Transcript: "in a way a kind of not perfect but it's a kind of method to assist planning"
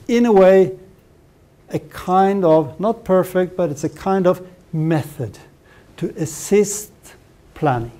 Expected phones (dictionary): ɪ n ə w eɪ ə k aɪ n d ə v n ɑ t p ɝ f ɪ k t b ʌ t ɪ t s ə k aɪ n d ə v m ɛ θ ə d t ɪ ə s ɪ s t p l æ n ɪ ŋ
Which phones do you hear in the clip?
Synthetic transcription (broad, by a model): ɪ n ə w eɪ ə k aɪ n d ə v n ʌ t p ɝ f ɪ k t b ʌ t ɪ t s ə k aɪ n d ə v m ɛ θ ə d t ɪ ə s ɪ s t p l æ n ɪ ŋ